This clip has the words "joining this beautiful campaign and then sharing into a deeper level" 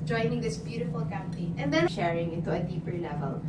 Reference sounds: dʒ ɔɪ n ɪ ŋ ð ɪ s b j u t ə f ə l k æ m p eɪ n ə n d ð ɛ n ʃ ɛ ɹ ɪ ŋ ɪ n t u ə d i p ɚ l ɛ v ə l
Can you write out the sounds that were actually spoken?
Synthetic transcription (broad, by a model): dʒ ɔɪ n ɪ ŋ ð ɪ s b j u t ə f ə l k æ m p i ə n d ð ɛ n ʃ ɛ ɹ ɪ ŋ ɪ n t u ə d i p ɚ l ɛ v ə l